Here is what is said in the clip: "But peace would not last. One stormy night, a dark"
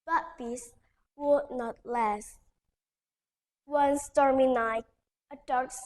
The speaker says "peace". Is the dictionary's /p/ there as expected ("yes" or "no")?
no